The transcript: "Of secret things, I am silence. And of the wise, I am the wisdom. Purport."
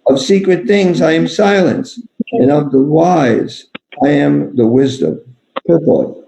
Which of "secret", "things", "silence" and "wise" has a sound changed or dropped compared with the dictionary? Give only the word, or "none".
none